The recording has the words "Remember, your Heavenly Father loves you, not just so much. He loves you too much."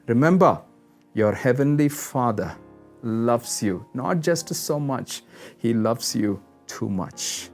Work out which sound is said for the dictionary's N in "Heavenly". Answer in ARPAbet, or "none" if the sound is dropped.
N